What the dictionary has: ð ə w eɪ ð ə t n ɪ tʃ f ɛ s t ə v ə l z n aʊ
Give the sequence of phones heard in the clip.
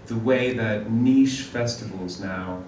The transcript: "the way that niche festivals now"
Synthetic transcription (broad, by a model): ð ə w eɪ ð ə t n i ʃ f ɛ s t ə v ə l z n aʊ